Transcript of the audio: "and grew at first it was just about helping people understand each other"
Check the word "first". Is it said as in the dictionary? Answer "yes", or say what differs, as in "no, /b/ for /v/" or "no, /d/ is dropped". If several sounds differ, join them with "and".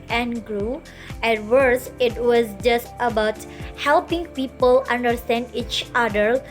no, /t/ is dropped